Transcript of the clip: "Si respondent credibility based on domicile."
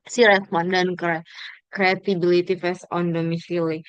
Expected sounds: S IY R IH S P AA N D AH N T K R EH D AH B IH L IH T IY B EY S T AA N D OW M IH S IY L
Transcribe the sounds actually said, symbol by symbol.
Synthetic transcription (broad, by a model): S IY R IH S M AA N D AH N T K R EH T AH B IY L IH T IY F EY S AA N D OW M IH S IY L